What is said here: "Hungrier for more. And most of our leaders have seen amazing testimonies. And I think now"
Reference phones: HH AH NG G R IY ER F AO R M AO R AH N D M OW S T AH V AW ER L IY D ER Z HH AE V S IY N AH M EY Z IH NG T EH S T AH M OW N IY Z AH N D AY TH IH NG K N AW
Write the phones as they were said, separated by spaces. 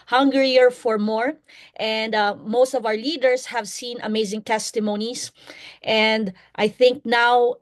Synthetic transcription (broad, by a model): HH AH NG G R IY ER F AO R M AO R AH N D M OW S T AH V AW ER L IY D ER S HH AE V S IY N AH M EY Z IH NG T EH S T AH M OW N IY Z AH N D AY TH IH NG K N AW